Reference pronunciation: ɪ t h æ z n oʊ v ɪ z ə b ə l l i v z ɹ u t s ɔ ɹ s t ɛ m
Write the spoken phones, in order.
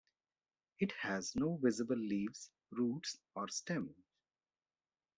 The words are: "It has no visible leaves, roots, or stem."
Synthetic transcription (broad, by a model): ɪ t h æ z n oʊ v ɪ z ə b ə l l i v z ɹ u t s ɔ ɹ s t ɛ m